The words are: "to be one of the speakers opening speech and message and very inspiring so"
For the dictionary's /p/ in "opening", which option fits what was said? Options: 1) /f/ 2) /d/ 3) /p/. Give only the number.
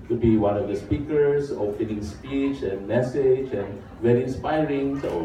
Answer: 1